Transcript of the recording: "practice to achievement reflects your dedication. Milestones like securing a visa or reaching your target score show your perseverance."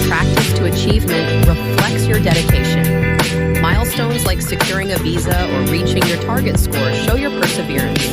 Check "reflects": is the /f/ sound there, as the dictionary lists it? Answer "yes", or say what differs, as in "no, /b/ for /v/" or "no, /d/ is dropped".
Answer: yes